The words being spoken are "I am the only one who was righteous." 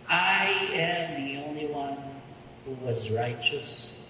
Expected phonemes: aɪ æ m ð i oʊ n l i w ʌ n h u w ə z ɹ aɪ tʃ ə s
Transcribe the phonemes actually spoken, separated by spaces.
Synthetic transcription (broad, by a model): aɪ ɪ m ð i oʊ n l i w ʌ n h u w ə z ɹ aɪ tʃ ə s